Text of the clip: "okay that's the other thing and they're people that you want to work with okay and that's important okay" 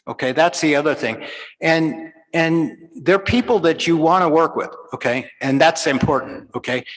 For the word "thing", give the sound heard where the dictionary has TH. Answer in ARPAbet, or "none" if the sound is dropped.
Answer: TH